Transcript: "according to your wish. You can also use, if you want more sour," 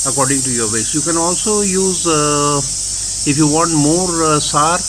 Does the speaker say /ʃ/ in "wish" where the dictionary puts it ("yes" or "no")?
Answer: no